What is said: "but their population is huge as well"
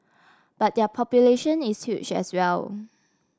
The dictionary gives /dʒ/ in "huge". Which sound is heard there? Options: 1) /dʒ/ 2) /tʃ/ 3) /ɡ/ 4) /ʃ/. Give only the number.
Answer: 2